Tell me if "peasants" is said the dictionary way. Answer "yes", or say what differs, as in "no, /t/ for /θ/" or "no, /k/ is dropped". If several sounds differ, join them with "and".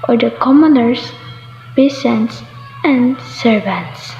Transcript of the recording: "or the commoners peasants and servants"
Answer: no, /s/ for /z/